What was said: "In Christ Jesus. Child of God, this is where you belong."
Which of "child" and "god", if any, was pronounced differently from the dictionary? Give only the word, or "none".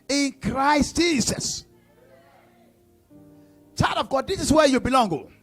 child